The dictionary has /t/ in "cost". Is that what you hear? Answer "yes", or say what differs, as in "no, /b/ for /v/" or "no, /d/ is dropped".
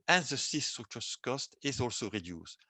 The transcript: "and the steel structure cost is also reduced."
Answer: yes